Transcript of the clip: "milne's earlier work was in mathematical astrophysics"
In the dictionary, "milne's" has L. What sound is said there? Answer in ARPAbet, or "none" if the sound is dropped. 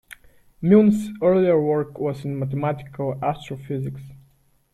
none